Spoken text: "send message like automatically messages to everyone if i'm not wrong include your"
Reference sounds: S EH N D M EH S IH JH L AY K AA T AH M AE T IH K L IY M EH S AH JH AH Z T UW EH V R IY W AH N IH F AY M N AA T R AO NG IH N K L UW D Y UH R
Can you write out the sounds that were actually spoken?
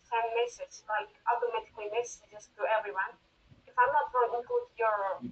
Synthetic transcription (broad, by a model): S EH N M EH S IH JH L AY K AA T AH M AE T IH K L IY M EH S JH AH S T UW EH V R IY W AH N IH F AY M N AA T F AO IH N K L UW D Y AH R